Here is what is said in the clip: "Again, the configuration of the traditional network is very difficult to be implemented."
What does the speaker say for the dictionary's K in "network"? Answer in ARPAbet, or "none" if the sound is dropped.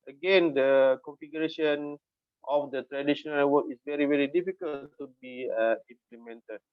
none